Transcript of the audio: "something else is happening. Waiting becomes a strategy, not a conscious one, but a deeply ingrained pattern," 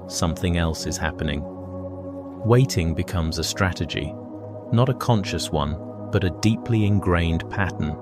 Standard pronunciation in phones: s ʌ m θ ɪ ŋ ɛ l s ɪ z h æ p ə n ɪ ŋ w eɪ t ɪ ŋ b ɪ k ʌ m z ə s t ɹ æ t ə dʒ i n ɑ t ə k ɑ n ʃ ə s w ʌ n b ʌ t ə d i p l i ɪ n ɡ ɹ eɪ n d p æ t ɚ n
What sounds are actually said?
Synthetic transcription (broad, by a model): s ʌ m θ ɪ ŋ ɛ l s ɪ z h æ p ə n ɪ ŋ w eɪ t ɪ ŋ b ɪ k ʌ m z ə s t ɹ æ t ə dʒ i n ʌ t ə k ɑ n ʃ ə s w ʌ n b ʌ t ə d i p l i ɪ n ɡ ɹ eɪ n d p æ t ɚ n